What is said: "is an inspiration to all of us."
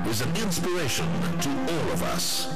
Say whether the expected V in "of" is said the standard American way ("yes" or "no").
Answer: yes